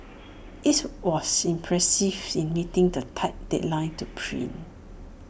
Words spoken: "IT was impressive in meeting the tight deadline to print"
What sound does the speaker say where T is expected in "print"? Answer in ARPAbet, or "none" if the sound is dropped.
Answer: none